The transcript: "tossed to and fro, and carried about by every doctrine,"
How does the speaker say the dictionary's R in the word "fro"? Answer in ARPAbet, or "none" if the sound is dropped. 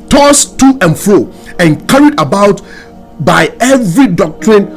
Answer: R